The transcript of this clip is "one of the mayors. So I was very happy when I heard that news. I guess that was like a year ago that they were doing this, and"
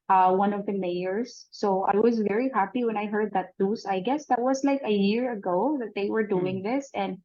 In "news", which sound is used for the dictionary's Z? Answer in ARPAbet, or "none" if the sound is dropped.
S